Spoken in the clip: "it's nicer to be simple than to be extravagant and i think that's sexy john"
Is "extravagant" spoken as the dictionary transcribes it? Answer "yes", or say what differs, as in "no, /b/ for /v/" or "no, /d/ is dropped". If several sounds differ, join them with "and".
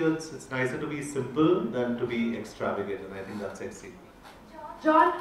no, /n/ is dropped